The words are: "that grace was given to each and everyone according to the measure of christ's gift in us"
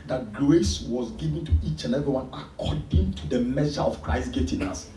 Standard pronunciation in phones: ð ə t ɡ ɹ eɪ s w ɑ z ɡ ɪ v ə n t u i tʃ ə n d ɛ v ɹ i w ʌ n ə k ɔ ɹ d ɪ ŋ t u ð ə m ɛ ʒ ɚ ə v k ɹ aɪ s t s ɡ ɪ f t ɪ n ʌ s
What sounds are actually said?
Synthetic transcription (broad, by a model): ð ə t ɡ l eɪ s w ɑ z ɡ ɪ v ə n t u i tʃ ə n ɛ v i w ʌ n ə k ɔ d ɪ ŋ t u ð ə m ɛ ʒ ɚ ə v k ɹ aɪ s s ɡ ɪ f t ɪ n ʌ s